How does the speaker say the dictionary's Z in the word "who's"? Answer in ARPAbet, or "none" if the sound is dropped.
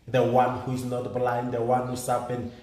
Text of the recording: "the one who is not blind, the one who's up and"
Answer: S